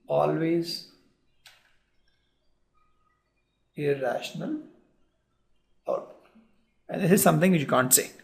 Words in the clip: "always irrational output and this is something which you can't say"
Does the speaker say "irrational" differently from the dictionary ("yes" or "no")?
no